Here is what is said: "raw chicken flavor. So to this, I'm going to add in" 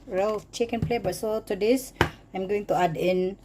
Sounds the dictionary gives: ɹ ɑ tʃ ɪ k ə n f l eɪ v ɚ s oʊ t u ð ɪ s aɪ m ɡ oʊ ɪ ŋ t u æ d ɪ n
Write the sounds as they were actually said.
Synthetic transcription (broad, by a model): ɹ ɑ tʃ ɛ k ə n p l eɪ b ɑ s oʊ t u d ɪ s aɪ m ɡ oʊ ɪ ŋ t u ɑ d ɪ n